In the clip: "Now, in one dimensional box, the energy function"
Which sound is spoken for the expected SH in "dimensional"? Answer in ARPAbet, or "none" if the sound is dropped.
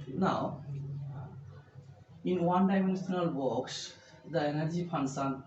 S